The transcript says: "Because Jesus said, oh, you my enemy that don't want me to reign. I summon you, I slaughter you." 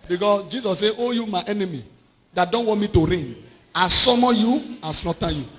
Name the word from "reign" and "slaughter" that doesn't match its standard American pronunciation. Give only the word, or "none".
slaughter